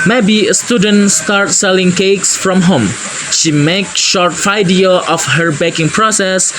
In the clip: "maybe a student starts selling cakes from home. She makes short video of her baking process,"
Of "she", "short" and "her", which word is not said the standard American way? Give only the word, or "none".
none